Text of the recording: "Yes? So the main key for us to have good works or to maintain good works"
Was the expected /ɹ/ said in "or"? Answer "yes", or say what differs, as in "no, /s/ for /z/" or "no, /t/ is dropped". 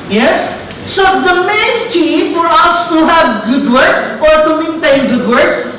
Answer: yes